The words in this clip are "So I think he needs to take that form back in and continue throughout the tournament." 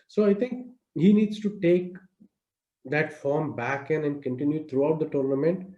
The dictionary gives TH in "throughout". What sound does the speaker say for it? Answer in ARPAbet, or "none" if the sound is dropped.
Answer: T